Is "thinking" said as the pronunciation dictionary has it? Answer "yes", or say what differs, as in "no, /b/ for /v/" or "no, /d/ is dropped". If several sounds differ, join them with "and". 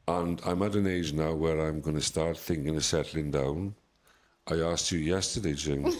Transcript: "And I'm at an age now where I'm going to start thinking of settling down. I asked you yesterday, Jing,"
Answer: yes